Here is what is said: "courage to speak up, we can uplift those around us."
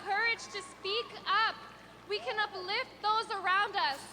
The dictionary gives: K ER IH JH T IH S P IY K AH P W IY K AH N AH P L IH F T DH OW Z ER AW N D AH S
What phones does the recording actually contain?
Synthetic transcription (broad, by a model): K ER IH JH T IH S P IY K AH P W IY K AH N AH P L IH F T DH OW Z ER AW N D AH S